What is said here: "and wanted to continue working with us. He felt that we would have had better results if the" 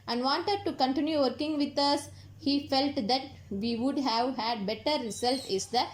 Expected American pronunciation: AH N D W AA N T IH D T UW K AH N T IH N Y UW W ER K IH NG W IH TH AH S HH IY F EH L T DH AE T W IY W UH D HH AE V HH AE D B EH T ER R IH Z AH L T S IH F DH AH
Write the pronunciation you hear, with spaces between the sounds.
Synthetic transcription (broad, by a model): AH N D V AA N T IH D T UW K AH N T IH N Y UW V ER K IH NG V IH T AH S HH IY F EH L T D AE T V IY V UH D HH AE V HH AE D B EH T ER R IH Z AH L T IH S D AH